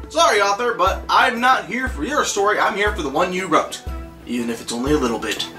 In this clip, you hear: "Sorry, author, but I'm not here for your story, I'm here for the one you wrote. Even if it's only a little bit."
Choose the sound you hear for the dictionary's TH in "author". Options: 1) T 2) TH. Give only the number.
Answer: 2